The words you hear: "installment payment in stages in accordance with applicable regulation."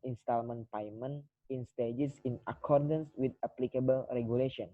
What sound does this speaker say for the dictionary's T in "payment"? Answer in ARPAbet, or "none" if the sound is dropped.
none